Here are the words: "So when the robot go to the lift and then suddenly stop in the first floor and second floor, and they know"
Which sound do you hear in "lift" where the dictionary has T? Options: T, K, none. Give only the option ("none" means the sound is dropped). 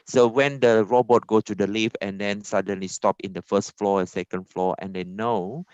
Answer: none